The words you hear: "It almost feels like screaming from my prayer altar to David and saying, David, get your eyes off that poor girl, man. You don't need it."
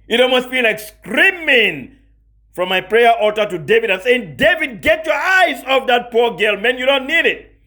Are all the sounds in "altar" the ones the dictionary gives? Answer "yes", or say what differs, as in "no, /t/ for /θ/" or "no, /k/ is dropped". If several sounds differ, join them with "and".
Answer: no, /l/ is dropped